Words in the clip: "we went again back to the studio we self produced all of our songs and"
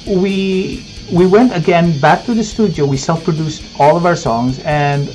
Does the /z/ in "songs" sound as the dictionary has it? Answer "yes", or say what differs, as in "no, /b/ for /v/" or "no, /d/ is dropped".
yes